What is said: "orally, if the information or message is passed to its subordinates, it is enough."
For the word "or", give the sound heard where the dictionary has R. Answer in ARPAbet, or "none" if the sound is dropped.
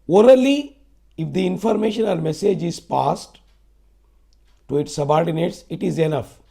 L